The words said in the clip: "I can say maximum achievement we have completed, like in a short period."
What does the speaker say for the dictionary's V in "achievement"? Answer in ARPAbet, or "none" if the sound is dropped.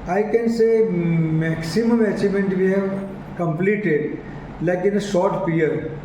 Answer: none